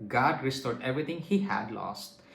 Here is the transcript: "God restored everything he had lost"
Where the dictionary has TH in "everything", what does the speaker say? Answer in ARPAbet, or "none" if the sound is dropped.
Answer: T